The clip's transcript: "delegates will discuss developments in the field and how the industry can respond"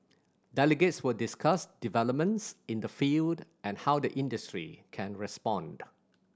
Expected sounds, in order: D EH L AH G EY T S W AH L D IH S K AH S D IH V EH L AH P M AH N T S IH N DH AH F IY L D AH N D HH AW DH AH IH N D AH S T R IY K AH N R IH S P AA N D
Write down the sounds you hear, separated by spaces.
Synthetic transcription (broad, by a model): D EH L AH G EY T S W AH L D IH S K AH S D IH V EH L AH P M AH N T S IH N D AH F IY L D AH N HH AW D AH IH N D AH S T R IY K AH N R IH S P AA N D